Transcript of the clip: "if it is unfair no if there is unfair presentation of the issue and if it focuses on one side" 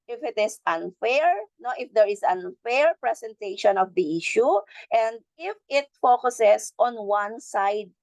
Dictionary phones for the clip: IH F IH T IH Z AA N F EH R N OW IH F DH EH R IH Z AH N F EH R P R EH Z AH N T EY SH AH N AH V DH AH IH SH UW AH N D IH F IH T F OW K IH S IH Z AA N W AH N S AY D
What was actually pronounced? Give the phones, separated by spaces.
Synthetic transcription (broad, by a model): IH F IH T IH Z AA N F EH R N OW IH F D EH R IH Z AH N F EH R P R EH S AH N T EY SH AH N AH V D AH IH SH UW AH N D IH F IH T F OW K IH S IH S AA N W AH N S AY D